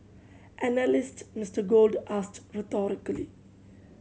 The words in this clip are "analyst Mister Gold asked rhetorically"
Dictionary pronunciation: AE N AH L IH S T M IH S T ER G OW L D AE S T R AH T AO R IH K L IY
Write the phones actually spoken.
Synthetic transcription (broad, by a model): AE N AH L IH S T M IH S T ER G OW L D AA S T R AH T AO R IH K L IY